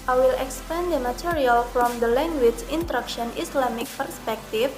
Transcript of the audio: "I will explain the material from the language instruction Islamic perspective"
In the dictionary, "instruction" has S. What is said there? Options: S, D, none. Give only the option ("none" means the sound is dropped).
none